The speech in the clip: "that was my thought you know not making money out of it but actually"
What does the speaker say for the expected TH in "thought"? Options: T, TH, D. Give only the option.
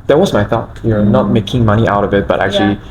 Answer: TH